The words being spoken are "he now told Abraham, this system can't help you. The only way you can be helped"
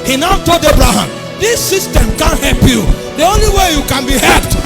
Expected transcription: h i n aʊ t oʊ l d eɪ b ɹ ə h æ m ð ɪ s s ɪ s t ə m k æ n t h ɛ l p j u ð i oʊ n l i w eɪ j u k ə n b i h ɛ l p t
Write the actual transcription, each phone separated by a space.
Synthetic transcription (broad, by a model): h i n aʊ t oʊ l d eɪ b ɹ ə h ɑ m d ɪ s s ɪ s t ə m k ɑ n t h ɛ l p j u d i oʊ n l i w eɪ j u k ə n b i h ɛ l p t